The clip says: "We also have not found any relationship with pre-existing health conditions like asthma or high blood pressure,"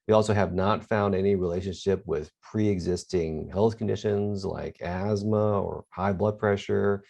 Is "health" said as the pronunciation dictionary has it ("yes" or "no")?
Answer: yes